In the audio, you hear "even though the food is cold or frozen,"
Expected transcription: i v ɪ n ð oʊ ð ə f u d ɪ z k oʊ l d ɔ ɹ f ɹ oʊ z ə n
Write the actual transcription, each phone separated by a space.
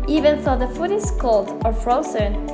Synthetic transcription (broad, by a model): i v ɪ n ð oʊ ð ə f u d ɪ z k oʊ l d ɔ ɹ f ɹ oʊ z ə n